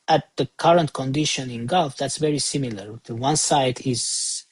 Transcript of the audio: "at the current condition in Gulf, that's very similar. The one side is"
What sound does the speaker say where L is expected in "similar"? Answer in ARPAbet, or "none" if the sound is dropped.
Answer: L